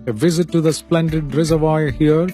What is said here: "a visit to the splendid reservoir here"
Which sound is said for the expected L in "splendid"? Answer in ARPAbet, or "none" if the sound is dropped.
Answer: L